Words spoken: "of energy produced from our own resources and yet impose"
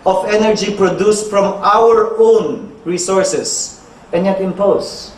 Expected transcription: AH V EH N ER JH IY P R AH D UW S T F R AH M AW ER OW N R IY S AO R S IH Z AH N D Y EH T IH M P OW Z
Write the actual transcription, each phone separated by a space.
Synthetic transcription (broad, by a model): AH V EH N ER JH IY P R AH D UW S T F R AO M AW ER OW N R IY S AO R S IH S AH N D Y EH T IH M P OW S